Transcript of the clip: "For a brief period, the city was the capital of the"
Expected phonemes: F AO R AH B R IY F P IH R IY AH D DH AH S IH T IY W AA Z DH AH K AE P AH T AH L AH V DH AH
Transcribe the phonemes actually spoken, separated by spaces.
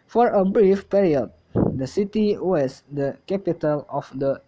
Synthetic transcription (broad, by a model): F AO R AH B R IY F P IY R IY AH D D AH S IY T IY W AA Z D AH K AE P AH T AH L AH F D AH